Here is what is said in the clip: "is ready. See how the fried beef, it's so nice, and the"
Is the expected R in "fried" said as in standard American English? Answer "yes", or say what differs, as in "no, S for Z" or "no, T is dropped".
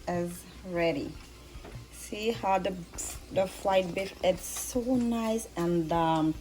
no, L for R